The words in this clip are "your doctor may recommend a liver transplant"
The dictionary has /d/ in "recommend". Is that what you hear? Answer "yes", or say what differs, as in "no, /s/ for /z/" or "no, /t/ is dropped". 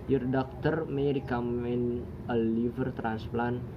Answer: no, /d/ is dropped